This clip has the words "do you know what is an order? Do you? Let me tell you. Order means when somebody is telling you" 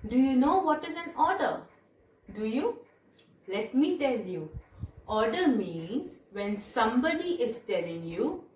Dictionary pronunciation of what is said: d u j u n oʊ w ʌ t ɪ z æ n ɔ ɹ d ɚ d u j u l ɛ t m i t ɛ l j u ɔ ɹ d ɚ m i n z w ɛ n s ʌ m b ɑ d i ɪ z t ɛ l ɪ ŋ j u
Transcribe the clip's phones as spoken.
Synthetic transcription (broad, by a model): d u j u n oʊ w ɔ t ɪ z æ n ɔ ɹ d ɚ d u j u l ɛ t m i t ɛ l j u ɔ ɹ d ɚ m i n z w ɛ n s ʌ m b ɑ d i ɪ z t ɛ l ɪ ŋ j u